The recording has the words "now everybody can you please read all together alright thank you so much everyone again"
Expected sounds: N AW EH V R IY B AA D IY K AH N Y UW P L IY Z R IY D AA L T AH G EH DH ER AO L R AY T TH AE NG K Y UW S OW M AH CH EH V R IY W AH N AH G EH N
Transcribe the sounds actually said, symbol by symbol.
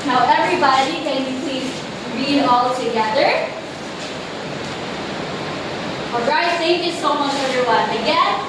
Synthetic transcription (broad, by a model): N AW EH V R IY B AA D IY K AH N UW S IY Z R IY D AA L T AH G EH DH ER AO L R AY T S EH K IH S OW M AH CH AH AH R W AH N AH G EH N